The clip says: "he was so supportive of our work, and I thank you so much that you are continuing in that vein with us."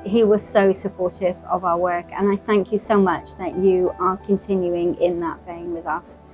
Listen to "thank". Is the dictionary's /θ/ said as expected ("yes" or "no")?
yes